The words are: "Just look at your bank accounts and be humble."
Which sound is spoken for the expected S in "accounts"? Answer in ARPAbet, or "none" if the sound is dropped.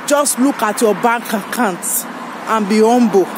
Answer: none